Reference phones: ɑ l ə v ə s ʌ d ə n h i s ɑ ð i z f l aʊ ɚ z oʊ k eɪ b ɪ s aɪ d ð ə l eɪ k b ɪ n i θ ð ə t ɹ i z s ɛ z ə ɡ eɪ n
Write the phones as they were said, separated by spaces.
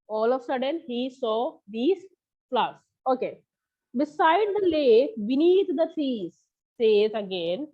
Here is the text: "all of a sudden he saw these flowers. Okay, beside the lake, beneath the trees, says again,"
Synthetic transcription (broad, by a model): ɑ l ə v s ʌ d ə n h i s ɑ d i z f l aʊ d s oʊ k eɪ b ɪ s aɪ d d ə l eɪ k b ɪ n i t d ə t i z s ɛ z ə ɡ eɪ n